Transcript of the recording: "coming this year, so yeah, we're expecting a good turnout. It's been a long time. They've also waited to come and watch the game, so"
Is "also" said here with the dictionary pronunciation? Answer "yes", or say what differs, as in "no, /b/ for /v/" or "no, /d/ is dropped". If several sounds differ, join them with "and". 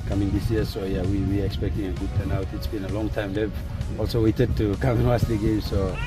yes